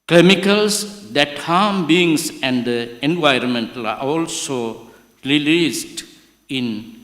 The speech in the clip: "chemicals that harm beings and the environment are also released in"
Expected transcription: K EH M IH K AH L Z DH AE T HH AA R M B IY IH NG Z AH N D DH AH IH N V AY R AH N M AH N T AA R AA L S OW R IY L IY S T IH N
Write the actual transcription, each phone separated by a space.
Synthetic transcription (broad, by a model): K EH M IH K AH L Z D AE T HH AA M B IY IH NG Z AH N D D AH IH N V AY R AH N M AH N T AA L AA L S OW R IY L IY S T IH N